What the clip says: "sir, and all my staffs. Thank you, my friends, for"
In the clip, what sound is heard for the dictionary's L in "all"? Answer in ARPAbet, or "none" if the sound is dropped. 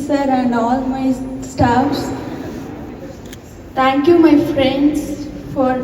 L